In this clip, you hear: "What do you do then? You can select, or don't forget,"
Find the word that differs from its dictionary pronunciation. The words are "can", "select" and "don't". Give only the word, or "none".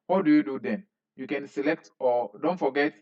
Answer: none